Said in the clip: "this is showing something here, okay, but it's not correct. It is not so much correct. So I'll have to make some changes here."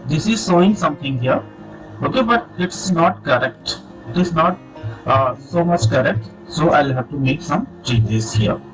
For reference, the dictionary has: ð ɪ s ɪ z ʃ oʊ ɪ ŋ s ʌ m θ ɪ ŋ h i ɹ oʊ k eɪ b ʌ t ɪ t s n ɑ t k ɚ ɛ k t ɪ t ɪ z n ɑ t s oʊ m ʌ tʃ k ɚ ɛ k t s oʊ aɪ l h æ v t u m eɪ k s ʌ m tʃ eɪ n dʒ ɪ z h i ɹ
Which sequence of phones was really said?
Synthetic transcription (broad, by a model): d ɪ s ɪ z s oʊ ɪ ŋ s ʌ m t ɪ ŋ h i ɹ oʊ k eɪ b ʌ t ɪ t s n ɑ t k ɚ ɛ k t ɪ t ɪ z n ɑ t s oʊ m ʌ tʃ k ɚ ɛ k t s oʊ aɪ l h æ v t u m eɪ k s ʌ m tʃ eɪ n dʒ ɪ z h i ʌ